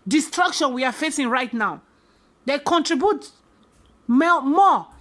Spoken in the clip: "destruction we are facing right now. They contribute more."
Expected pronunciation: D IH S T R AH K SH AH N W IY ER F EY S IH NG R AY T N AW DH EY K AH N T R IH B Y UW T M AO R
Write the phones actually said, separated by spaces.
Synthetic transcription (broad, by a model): D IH S T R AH K SH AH N W IY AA F EY S IH NG R AY T N AW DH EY K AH N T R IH B Y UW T M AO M